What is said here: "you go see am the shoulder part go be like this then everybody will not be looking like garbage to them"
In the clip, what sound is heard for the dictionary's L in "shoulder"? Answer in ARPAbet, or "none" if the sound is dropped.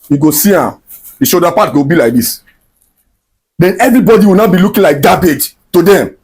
none